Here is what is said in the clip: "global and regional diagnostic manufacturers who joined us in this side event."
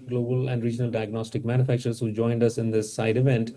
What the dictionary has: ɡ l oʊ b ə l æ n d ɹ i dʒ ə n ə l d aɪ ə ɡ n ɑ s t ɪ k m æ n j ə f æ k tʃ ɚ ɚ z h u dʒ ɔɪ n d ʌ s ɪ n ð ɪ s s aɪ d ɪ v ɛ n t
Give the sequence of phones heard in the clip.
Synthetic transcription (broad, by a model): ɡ l oʊ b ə l æ n d ɹ i dʒ ə n ə l d aɪ ə ɡ n ɑ s t ɪ k m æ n j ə f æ k tʃ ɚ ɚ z h u dʒ ɔɪ n d ʌ s ɪ n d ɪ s s aɪ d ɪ v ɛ n t